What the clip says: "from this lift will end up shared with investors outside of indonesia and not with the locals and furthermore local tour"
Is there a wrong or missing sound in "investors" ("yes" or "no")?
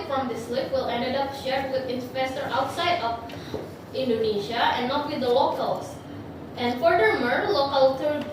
yes